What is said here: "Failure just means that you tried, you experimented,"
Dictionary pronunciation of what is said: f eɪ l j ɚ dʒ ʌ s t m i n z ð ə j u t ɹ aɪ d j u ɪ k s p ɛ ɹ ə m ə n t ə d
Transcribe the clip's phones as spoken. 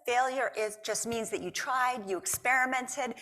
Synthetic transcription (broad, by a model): f eɪ l j ɚ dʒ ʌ s t m i n z ð ə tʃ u t ɹ aɪ d j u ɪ k s p ɛ ɹ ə m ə n t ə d